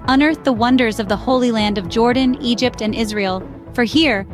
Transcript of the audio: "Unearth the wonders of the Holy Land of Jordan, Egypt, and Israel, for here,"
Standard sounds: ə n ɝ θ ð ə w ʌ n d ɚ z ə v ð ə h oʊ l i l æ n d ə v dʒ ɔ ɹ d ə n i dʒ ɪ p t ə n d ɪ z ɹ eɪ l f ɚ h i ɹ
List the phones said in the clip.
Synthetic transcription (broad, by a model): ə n ɝ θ ð ə w ʌ n d ɚ z ə v ð ə h oʊ l i l æ n d ə v dʒ ɔ ɹ d n i dʒ ɪ p t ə n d ɪ z ɹ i l f ɚ h i ɹ